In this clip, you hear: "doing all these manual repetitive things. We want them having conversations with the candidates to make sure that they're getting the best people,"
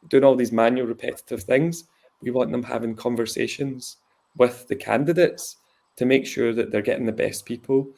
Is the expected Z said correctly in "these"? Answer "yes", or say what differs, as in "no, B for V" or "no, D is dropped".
yes